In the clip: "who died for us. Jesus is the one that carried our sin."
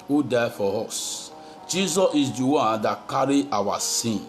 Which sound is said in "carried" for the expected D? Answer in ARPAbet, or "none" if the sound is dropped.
none